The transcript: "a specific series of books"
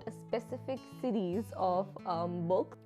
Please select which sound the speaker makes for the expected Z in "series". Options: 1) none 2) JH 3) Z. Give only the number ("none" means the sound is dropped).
3